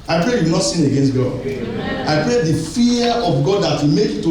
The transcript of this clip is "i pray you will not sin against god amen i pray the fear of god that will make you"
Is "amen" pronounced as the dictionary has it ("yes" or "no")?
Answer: no